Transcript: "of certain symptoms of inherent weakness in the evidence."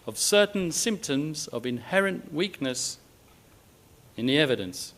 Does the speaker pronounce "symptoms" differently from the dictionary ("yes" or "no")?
no